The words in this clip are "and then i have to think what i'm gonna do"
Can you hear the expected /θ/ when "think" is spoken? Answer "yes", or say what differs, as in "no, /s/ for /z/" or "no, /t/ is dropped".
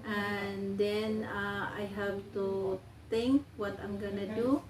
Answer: no, /t/ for /θ/